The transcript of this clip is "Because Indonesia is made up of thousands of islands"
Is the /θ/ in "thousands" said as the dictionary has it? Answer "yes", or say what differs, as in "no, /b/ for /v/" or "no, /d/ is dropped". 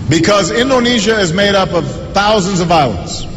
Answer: yes